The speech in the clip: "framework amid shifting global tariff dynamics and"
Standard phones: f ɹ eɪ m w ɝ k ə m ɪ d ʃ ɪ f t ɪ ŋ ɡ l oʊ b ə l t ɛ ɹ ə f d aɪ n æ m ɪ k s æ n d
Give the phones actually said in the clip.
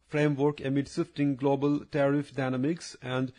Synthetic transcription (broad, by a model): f ɹ eɪ m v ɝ k ə m ɪ d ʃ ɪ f t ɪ ŋ ɡ l oʊ b ə l t ɛ ɹ ə f d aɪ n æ m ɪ k s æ n d